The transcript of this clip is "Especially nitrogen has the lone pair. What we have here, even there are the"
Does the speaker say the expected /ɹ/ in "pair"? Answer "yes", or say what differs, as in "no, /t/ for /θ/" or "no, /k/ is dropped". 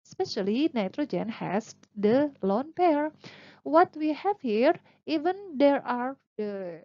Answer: yes